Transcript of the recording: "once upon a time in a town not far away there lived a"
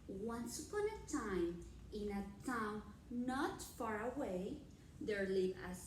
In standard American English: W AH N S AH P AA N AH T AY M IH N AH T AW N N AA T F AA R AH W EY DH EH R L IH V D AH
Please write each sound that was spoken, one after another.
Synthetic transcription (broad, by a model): W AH N S AH P AA N AH T AY M IH N AH T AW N N AA T F AA R AH W EY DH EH R L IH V AH